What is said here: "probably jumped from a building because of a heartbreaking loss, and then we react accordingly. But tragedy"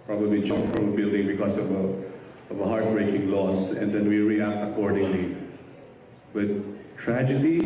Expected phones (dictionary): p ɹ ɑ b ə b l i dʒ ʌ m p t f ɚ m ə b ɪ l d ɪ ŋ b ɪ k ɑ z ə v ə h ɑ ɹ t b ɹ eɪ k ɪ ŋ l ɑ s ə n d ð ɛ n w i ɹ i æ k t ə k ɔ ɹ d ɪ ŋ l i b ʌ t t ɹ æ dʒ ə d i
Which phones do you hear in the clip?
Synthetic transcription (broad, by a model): p ɹ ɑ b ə b l i dʒ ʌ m f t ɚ ə b ɪ l d ɪ ŋ b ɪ k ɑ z ə v ə h ɑ ɹ t b ɹ eɪ k ɪ ŋ l ɑ s ə n d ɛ n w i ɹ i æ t ə k ɔ ɹ d ɪ ŋ l i b ʌ t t ɹ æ dʒ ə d i